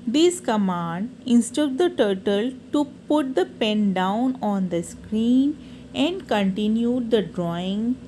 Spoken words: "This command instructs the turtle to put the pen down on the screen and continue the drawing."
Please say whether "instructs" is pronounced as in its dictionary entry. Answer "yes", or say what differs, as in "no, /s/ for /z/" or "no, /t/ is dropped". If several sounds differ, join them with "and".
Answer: no, /ɹ/ is dropped